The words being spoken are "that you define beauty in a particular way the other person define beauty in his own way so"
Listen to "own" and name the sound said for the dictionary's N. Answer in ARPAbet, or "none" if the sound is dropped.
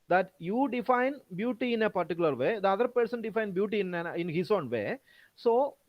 N